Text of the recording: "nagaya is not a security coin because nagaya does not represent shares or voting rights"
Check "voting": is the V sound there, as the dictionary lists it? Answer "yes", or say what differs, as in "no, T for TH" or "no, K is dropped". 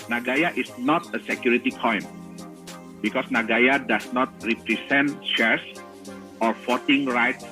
no, F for V